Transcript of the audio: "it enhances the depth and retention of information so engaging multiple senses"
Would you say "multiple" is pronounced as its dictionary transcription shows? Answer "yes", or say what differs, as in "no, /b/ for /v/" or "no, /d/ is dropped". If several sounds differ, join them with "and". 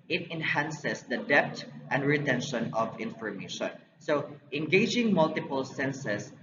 yes